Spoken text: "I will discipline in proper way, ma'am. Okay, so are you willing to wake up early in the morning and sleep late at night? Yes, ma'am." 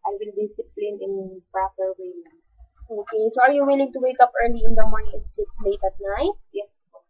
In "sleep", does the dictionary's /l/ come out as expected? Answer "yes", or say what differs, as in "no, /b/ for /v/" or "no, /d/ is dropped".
no, /l/ is dropped